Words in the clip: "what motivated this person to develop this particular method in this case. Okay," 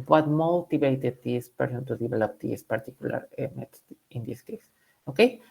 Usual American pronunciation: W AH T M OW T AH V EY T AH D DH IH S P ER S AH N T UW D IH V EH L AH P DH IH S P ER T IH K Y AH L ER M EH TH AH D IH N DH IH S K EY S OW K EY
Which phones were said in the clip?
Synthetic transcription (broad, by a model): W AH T M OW T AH B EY T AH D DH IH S P ER S AH N T UW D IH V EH L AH P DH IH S P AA T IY K Y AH L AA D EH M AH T IH N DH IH S K EY S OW K EY